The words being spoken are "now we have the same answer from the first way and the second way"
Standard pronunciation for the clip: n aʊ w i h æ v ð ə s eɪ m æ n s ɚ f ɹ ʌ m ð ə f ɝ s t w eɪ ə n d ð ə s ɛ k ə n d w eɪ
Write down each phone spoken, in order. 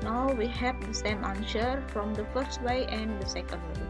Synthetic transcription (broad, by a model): n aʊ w i h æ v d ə s eɪ m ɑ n ʃ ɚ f ɹ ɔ m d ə f ɝ s t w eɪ ə n d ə s ɛ k ə n d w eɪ